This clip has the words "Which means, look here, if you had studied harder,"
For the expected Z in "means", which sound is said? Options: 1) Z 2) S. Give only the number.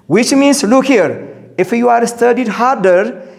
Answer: 2